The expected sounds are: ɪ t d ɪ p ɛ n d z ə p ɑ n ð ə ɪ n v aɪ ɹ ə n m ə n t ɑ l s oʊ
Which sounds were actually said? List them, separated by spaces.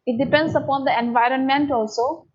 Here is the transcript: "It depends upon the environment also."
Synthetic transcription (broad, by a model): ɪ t d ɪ p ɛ n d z ə p ɑ n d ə ɪ n v aɪ ɹ ə n m ə n t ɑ l s oʊ